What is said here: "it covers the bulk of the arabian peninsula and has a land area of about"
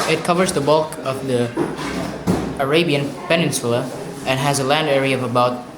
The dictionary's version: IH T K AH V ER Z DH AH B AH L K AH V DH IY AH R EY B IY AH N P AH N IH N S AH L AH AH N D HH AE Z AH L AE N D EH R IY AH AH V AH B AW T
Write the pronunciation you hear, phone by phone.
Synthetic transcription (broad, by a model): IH T K AH V ER Z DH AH B AH L K AH V DH IY AH R EY B IY AH N P AH N IH N S AH L AH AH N HH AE Z AH L AE N D EH R IY AH AH V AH B AW T